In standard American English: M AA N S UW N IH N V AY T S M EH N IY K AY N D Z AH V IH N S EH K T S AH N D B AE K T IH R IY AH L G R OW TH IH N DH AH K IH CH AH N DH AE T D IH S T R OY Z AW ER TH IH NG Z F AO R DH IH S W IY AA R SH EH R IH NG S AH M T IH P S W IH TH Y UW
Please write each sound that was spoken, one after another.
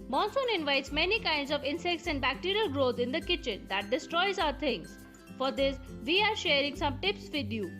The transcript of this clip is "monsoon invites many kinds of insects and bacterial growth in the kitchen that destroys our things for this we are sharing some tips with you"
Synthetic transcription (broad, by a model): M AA N S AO N IH N V AY T S M EH N IY K AY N D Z AH V IH N S EH K T S AH N D B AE K T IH R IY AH L G R OW T IH N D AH K IH CH AH N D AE T D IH S T R OY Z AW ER T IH NG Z F AO R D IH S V IY AA R SH EH R IH NG S AH M T IH P S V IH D Y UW